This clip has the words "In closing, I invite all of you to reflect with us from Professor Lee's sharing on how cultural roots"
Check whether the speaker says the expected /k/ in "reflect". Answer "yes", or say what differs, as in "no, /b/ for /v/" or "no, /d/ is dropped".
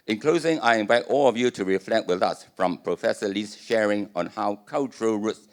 yes